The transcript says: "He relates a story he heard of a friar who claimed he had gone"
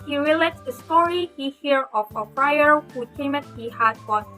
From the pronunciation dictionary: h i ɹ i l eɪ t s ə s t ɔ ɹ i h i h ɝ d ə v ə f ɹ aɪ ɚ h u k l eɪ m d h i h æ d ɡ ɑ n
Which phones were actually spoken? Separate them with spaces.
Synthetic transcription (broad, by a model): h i ɹ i l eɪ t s ə s t ɔ ɹ i h i h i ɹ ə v ə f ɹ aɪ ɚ h u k eɪ m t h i h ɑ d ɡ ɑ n